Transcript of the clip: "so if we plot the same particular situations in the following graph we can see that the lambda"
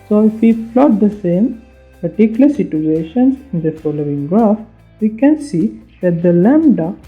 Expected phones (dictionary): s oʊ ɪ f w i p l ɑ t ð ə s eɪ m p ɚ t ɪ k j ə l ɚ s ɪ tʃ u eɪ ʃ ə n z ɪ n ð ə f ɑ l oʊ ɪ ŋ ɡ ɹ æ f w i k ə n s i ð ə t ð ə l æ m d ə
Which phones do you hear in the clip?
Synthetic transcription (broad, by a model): s oʊ ɪ f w i f l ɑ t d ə s eɪ m p ɚ t ɪ k j ə l ɚ s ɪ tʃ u eɪ ʃ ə n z ɪ n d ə f ɑ l oʊ ɪ ŋ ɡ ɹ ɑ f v i k ə n s i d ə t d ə l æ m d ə